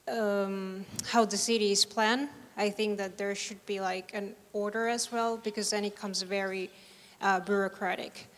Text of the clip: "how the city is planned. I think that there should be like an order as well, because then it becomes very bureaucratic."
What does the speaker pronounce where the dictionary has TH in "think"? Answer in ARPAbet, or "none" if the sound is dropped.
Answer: TH